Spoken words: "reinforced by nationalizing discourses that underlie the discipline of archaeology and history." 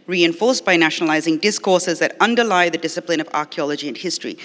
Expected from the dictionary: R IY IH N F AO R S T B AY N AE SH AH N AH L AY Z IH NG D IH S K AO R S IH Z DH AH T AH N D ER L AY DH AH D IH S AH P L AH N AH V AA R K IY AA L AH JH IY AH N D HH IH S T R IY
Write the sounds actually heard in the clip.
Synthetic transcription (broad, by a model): R IY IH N F AO R S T B AY N AE SH AH N AH L AY Z IH NG D IH S K AO R S IH Z DH AH T AH N D ER L AY DH AH D IH S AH P L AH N AH V AA R K IY AA L AH JH IY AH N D HH IH S T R IY